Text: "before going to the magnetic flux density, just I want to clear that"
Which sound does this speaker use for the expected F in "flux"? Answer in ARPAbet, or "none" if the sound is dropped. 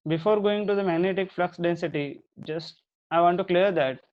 F